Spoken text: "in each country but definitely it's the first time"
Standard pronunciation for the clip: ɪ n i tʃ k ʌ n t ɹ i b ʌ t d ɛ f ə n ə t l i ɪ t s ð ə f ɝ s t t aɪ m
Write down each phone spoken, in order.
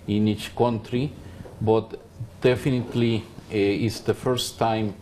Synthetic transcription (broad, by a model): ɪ n i tʃ k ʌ n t ɹ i b ʌ t d ɛ f ə n ə t l i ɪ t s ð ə f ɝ s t t aɪ m